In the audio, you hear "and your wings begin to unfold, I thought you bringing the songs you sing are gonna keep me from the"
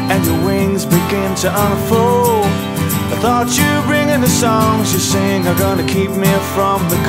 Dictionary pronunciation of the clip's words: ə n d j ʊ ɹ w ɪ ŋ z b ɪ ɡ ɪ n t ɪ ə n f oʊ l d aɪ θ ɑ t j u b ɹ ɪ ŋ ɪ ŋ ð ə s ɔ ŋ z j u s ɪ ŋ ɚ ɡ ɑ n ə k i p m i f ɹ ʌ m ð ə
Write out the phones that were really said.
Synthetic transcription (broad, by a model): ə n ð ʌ w ɪ ŋ z b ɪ ɡ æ n t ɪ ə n f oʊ l aɪ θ ɑ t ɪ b ɹ ɪ ŋ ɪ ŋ ð ə s ɔ ŋ z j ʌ s ɪ ŋ ɚ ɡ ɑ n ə k i p m i f ɹ ʌ m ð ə